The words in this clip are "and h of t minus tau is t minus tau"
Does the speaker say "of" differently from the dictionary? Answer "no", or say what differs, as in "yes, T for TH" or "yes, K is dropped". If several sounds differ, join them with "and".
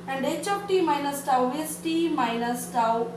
yes, P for V